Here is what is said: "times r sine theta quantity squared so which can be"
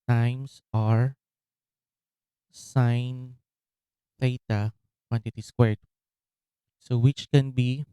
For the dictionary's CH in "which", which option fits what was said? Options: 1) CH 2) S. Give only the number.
1